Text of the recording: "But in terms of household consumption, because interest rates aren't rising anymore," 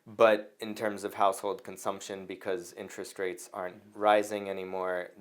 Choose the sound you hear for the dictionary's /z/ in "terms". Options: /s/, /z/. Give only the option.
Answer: /z/